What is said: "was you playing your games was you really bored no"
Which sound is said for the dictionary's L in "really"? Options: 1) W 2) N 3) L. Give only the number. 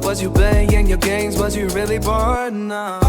3